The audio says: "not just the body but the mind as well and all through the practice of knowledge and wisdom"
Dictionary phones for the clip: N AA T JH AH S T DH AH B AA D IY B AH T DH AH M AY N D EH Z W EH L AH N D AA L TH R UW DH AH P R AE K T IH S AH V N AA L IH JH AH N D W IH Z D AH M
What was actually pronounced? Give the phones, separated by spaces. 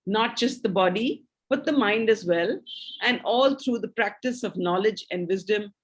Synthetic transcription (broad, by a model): N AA T JH AH S T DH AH B AA D IY B AH T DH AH M AY N D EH Z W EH L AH N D AA L T R UW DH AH P R AE K T IH S AH V N AA L IH JH AH N D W IH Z D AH M